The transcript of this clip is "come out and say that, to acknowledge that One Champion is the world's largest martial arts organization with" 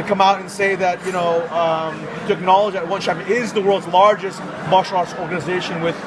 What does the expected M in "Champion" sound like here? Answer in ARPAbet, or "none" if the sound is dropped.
none